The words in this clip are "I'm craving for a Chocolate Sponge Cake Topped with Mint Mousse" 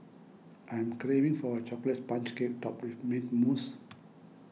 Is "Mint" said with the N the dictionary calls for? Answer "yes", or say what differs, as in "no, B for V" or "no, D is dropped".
no, N is dropped